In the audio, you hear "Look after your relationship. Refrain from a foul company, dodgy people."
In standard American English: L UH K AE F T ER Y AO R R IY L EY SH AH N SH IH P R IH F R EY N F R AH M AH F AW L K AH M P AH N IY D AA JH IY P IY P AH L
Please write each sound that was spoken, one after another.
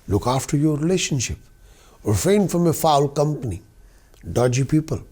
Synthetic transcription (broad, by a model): L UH K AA F T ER Y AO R R IY L EY SH AH N SH IH P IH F EY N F R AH M AH F AW L K AH M P AH N IY D AA JH IY P IY P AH L